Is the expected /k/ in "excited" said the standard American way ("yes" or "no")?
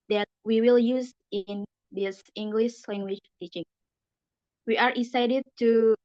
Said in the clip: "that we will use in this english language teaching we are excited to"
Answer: no